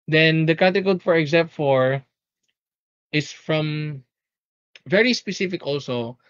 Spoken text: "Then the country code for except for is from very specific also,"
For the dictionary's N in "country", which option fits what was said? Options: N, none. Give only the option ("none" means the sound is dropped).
none